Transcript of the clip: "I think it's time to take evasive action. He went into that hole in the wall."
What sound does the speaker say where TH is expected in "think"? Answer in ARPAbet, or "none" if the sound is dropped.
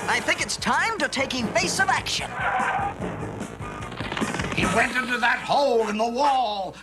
TH